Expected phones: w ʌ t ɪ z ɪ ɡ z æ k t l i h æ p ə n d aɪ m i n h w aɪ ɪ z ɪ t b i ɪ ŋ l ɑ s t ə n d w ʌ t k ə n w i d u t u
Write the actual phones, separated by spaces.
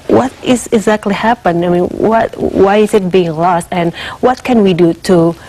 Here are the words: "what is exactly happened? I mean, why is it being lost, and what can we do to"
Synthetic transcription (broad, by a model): w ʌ t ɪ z ɪ ɡ z æ k t l i h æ p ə n aɪ m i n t w aɪ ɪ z ɪ t b i ɪ ŋ l ɑ s t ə n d w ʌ t k ə n w i d u t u